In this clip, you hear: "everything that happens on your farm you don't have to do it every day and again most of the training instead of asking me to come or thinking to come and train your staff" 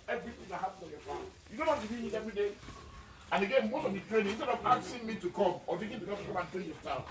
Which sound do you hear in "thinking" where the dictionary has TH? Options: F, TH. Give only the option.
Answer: F